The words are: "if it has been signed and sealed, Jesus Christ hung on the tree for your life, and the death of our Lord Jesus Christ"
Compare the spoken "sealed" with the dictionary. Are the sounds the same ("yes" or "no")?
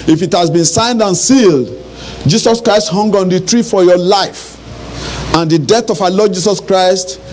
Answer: yes